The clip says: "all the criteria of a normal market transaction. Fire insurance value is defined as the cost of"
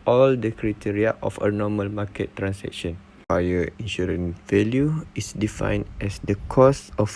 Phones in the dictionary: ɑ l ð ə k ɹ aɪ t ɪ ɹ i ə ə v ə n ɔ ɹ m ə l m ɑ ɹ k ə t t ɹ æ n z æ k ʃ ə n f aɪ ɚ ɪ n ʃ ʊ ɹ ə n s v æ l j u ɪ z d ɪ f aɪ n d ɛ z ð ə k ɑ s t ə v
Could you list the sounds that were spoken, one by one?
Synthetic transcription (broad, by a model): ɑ l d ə k ɹ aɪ t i ɹ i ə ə f ə n ɔ m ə l m ɑ k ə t t ɹ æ n s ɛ k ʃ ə n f aɪ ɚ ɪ n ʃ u ɹ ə n v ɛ l j u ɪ s d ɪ f aɪ n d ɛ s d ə k ɑ s ə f